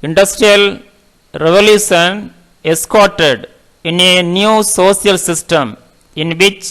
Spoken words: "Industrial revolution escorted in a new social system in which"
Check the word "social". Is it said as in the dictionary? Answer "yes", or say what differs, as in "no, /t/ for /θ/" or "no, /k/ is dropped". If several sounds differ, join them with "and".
no, /s/ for /ʃ/